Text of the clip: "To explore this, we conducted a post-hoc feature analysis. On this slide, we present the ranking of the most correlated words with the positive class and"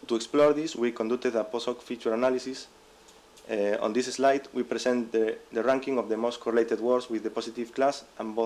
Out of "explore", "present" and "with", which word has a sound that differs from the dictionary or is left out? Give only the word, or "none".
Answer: present